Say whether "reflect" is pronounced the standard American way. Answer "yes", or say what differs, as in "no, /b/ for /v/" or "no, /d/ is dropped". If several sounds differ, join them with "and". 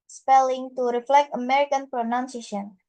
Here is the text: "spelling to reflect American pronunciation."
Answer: yes